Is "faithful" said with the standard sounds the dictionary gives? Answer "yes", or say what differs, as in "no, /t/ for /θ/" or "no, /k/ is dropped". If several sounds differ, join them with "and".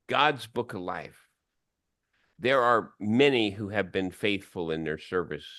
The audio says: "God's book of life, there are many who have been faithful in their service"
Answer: yes